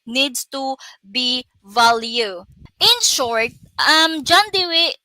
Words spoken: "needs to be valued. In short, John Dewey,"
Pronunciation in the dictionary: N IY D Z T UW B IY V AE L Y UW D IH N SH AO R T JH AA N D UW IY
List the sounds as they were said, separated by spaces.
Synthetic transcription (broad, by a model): N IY D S T UW B IY V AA L Y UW IH N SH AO R T JH AA N D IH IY